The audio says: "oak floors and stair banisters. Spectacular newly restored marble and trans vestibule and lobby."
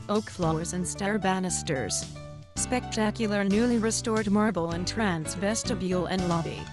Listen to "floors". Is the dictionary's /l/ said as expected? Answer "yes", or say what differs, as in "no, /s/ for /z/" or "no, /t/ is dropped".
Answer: yes